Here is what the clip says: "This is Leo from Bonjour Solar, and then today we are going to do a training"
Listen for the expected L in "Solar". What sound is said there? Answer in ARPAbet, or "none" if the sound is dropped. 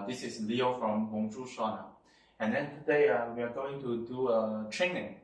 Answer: N